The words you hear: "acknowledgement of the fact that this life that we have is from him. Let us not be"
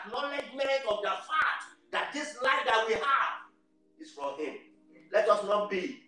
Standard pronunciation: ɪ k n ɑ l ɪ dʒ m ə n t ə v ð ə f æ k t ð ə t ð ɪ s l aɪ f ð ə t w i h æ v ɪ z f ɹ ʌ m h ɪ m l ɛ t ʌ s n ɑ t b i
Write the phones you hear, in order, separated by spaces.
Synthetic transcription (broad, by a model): n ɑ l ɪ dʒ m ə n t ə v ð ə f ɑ t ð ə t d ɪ s l aɪ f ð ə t w i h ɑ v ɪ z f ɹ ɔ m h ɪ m l ɛ t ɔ s n ɑ t b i